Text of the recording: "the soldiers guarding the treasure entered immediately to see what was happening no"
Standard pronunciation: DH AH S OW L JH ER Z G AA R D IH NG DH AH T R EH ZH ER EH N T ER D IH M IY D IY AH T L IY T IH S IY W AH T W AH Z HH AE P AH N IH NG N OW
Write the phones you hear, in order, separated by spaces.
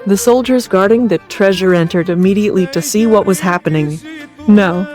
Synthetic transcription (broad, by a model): DH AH S OW L JH ER Z G AA R D IH NG DH AH T R EH ZH ER EH N T ER D IH M IY D IY AH T L IY T IH S IY W AH T W AH Z HH AE P AH N IH NG N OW